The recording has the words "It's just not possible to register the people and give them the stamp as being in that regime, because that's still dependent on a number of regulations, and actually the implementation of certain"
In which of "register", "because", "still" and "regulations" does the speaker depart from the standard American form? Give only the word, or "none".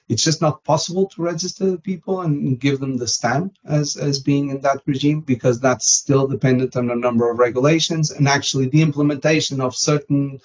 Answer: none